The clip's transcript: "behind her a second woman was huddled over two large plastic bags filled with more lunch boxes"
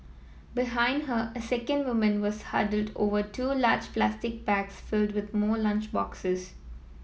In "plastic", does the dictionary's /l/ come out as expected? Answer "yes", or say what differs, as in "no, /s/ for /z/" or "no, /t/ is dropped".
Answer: yes